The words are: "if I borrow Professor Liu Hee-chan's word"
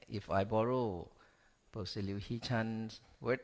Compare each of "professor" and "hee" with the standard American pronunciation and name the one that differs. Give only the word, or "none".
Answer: professor